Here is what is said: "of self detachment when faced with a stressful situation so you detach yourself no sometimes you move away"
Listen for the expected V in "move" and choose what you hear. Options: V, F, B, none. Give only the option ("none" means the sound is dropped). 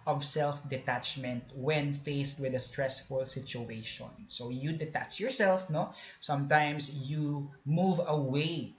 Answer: V